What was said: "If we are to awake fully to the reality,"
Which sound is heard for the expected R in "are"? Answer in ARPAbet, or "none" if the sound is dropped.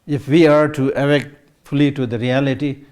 R